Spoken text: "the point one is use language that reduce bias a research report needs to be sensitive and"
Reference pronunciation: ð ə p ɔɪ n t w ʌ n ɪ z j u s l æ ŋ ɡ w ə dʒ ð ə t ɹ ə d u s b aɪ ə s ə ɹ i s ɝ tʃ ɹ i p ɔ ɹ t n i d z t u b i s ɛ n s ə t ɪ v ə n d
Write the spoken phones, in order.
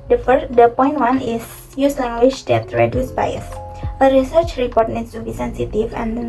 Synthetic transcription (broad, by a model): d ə p ɔɪ n t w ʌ n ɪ s j u s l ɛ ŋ ɡ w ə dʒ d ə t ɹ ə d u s b aɪ ə s ə ɹ i s ɝ tʃ ɹ i p ɔ ɹ t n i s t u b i s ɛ n s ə t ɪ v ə n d